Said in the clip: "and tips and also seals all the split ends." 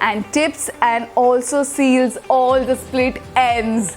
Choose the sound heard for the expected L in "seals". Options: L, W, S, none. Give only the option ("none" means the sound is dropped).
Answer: L